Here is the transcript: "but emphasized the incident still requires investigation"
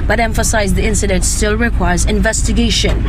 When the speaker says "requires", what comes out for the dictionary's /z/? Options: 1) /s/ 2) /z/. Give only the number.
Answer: 2